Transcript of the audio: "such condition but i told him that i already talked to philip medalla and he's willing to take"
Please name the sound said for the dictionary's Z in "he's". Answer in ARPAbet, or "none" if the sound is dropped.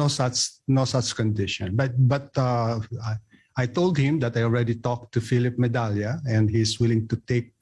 S